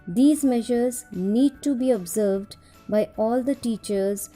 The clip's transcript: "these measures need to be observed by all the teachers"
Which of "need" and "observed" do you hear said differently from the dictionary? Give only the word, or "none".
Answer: none